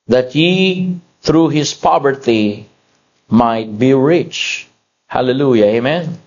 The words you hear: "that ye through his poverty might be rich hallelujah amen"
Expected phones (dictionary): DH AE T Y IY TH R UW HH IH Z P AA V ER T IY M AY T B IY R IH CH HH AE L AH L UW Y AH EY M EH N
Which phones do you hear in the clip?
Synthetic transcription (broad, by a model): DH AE T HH IY TH R UW HH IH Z P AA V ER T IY M AY T B IY R IH CH HH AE L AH L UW Y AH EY M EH N